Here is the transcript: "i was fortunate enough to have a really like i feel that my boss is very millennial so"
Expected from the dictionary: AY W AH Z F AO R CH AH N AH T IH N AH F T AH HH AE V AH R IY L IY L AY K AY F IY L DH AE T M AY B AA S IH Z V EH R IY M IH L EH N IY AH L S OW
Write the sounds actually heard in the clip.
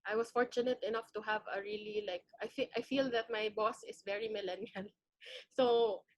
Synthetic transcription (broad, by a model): AY W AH S F AO R CH AH N AH T IH N AH F T AH HH AE V AH R IY L IY L AY K AY F IY L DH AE T M AY B AA S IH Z V EH R IY M IH L EH N IY AH L S OW